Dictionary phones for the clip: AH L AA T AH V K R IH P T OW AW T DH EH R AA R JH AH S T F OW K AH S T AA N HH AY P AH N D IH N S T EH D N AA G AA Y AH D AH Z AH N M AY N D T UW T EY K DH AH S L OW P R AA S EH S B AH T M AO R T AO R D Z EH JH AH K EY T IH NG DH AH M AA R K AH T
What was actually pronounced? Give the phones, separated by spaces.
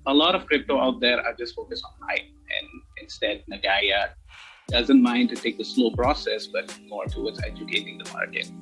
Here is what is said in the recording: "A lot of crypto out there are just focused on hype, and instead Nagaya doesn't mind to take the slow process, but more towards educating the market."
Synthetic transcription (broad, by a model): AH L AA T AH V K R IH P T OW AW T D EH R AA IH JH AH S T F OW K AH S AA N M AY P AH N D IH N S T EH D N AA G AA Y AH D AH Z AH N M AY N D T UW T EY K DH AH S L OW P R AA S EH S B AH T M AO R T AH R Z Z EH JH AH K EY T IH NG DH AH M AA R K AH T